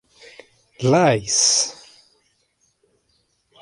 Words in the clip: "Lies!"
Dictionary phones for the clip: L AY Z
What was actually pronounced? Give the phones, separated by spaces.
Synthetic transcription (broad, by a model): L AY S